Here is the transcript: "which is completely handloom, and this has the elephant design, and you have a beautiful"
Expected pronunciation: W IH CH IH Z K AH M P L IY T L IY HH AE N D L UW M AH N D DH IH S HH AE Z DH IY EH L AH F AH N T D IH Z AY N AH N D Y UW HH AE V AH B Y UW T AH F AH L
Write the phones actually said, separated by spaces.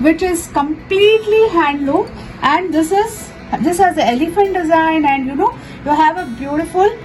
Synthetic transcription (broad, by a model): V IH CH IH Z K AH M P L IY T L IY HH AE N D L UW AH N D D IH S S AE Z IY EH L AH F AH N T D IH Z AY N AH N D Y UW HH AE V AH B Y UW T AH F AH L